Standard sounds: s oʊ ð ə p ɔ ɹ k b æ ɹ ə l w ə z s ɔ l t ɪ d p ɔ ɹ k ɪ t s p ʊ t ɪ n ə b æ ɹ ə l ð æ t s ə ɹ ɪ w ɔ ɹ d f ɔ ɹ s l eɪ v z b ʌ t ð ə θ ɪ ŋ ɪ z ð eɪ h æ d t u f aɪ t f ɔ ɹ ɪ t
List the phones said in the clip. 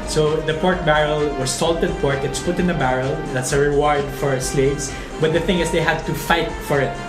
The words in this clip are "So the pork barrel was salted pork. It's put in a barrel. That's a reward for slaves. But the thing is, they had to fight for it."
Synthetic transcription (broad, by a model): s oʊ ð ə p ɔ ɹ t b æ ɹ ə l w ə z s ɔ l t ɪ d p ɔ ɹ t ɪ t s p ʊ t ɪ n ə b æ ɹ ə l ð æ t s ə ɹ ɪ w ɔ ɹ d f ɔ ɹ s l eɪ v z b ʌ t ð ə θ ɪ ŋ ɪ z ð eɪ h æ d t u f aɪ t f ɔ ɹ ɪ t